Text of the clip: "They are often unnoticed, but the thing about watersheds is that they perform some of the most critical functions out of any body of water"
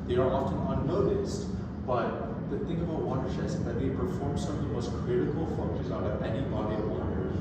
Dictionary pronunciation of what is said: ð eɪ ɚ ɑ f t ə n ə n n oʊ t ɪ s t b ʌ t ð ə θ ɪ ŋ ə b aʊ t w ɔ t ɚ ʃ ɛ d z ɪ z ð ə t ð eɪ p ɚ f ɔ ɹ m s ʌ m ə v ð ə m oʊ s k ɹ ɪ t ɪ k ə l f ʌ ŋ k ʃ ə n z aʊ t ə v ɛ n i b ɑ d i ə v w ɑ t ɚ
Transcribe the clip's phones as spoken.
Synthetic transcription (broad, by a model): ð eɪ ɚ ɑ f t ə n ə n n oʊ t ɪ s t b ʌ t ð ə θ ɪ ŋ ə b aʊ t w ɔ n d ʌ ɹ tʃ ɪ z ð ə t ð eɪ p ɚ f ɔ ɹ m s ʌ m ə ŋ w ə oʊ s k ɹ ɪ t ɪ k ə l f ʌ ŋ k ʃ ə z aʊ t ə v ɛ n i b ɑ d i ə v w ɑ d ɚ